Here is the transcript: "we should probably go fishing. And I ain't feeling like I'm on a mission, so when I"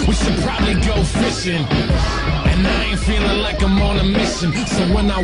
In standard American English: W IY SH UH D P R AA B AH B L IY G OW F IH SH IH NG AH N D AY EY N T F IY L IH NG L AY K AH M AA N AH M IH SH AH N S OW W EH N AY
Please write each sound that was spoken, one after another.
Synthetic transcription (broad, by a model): W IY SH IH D P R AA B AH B L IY G OW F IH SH IH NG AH N AY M F IY L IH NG L AY K AH M AA N AH M IH S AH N S OW W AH N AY